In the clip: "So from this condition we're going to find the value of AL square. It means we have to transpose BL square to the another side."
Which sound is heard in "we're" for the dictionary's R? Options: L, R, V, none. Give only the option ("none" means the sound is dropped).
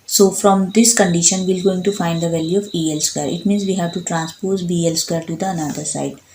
L